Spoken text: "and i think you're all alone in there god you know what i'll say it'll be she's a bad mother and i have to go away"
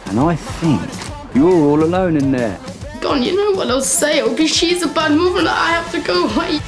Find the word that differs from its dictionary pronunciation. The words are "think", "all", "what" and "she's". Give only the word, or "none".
none